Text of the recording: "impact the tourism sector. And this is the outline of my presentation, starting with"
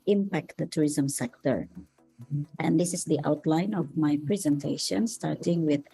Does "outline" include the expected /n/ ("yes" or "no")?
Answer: yes